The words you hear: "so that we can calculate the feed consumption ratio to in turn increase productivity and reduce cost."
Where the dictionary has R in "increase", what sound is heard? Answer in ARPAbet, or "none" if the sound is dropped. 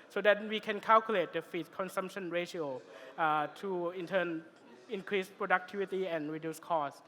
R